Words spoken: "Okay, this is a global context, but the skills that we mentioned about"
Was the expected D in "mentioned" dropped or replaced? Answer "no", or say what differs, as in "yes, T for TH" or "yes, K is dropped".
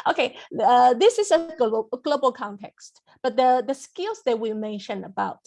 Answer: yes, D is dropped